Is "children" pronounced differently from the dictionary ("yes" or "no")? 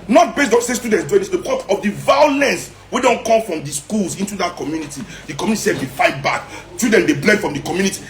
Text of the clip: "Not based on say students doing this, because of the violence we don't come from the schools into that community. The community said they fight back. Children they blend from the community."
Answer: yes